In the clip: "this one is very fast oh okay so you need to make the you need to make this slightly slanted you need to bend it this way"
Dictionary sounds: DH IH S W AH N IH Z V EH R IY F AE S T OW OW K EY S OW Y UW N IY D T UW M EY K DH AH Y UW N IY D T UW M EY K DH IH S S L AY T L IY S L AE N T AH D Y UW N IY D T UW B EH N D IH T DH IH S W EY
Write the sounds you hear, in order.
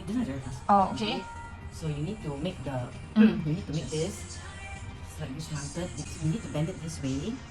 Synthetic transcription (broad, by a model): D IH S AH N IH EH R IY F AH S OW OW K EY S OW Y UW N IY D T UW M EY K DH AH Y UW N IY D T UW M EY K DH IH S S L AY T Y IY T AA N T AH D Y UW N IY D T UW B EH N D IH T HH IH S W EY